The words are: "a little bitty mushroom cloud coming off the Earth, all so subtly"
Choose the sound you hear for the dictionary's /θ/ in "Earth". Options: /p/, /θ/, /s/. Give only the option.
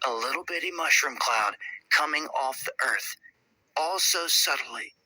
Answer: /θ/